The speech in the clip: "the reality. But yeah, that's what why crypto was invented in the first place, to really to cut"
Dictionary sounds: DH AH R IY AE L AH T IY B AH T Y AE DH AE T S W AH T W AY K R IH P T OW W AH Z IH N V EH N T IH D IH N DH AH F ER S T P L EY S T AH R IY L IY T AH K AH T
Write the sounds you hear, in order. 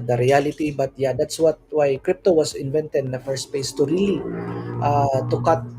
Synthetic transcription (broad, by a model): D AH R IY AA L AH T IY B AH T Y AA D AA T S W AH T W AY K R IH P T OW W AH S IH N V EH N T IH D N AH F ER S T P EY S T AH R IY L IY T AH K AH T